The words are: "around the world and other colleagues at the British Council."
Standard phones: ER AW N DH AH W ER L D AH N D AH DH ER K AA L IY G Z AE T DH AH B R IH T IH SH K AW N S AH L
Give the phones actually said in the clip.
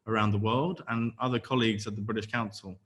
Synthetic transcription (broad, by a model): ER AW N DH AH W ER L D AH N AH DH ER K AA L IY G Z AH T DH AH B R IH T IH SH K AW N S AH L